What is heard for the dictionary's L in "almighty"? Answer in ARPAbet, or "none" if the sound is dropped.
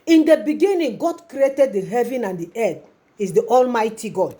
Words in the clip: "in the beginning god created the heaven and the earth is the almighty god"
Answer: L